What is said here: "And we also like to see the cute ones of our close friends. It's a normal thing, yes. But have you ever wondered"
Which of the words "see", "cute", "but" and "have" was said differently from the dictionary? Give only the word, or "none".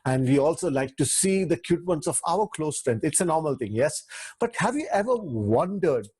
none